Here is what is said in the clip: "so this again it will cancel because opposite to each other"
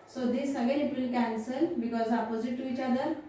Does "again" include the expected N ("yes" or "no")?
no